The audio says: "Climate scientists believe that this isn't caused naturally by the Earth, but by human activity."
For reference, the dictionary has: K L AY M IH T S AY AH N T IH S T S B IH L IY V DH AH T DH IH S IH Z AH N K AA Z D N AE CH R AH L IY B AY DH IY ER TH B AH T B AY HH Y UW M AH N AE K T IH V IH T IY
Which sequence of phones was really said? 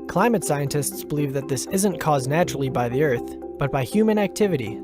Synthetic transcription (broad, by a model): K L AY M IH T S AY AH N T IH S T S B IH L IY V DH AH T DH IH S IH Z AH N K AA Z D N AE CH R L IY B AY DH IY ER TH B AH T B AY HH Y UW M AH N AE K T IH V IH T IY